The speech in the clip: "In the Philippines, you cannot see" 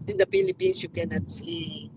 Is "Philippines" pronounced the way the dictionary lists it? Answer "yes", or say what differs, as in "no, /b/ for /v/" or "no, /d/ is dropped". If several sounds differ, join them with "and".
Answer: no, /s/ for /z/